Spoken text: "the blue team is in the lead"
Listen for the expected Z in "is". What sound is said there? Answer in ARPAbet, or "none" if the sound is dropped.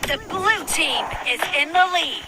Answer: Z